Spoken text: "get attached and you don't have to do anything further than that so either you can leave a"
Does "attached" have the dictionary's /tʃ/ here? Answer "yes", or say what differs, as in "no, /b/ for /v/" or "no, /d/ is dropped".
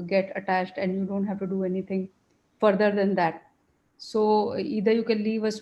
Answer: yes